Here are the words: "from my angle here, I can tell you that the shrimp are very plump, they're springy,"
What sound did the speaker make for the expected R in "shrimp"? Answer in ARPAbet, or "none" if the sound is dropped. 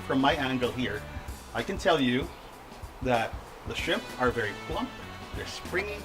none